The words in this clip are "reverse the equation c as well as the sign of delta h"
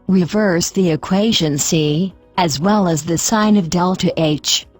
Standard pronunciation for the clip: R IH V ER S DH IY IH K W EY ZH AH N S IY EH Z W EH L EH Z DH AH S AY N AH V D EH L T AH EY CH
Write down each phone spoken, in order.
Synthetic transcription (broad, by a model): R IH V ER S DH IY IH K W EY ZH AH N S IY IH Z W EH L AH Z DH AH S AY N AH V D EH L T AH EY CH